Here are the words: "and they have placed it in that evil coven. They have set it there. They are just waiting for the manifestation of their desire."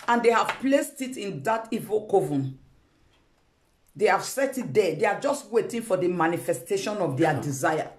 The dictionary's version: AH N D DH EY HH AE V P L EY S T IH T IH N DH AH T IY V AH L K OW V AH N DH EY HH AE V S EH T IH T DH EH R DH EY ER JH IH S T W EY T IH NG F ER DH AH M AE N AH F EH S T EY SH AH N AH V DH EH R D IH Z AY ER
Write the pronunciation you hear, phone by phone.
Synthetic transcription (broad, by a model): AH N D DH EY HH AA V P L EY S T IH T IH N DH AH T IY V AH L K OW V AH N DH EY HH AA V S EH T IH T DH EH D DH EY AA JH IH S T W EY T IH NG F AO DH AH M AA N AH F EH S T EY SH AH N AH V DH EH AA D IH Z AY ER